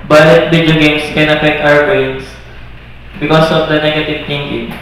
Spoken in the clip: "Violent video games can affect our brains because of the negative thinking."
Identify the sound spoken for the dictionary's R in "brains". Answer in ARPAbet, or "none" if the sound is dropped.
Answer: none